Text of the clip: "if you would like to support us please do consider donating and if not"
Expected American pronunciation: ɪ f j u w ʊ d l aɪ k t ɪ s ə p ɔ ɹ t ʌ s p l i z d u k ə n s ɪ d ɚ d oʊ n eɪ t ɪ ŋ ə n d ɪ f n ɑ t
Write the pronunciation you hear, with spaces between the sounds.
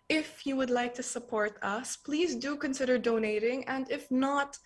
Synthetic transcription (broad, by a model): ɪ f j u w ʊ d l aɪ k t ɪ s ə p ɔ ɹ t ʌ s p l i z d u k ə n s ɪ d ɚ d oʊ n eɪ t ɪ ŋ ə n d ɪ f n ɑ t